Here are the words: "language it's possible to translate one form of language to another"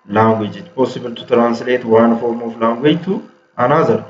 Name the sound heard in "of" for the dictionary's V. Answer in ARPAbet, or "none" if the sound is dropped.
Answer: F